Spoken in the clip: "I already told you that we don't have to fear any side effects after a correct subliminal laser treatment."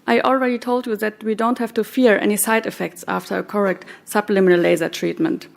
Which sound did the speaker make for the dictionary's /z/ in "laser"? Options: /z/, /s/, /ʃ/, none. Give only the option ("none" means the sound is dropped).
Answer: /z/